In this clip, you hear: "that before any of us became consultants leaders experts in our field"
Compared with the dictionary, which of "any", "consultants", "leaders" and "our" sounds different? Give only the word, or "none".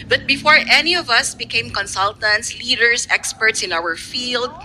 leaders